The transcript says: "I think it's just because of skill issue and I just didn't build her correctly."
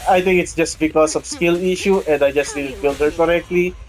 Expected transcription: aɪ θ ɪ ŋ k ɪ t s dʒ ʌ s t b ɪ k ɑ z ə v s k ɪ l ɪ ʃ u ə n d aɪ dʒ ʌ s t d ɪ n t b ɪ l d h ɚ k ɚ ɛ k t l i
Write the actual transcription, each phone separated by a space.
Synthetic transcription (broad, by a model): aɪ t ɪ ŋ k ɪ t s dʒ ʌ s t b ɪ k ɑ s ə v s k ɪ l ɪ ʃ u ə n d aɪ dʒ ʌ s t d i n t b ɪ l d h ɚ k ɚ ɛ k t l i